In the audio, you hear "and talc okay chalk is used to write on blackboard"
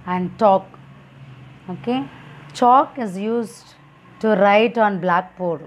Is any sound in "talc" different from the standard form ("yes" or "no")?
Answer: yes